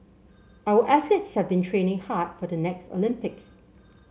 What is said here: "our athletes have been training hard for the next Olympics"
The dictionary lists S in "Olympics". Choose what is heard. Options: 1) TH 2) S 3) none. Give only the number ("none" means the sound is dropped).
2